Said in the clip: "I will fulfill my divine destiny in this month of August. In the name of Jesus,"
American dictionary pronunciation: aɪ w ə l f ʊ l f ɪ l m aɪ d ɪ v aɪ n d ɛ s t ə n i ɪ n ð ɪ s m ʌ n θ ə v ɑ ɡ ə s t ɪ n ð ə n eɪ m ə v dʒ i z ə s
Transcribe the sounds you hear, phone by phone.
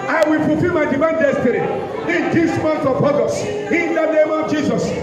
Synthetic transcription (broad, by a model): aɪ w ə l f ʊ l f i l m aɪ d ɪ v aɪ n d ɛ s t ə n i ɪ n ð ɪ s m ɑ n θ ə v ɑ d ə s ɪ n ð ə n eɪ m ə v dʒ i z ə s